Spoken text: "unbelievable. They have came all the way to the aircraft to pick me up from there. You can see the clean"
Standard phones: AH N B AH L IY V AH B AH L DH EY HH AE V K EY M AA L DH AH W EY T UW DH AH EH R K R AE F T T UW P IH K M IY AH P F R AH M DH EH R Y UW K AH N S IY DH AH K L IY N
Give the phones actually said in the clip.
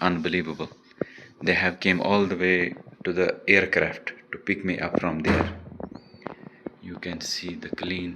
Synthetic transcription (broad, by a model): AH N B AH L IY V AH B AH L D EY HH AE V K EY M AA L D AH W EY T UW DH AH EH R K R AE F T T UW P IH K M IY AH P F R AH M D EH R Y UW K AH N S IY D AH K L IY N